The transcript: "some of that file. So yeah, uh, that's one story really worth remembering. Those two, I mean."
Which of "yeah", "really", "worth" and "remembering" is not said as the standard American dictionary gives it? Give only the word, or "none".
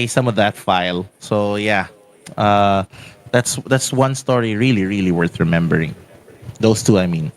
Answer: none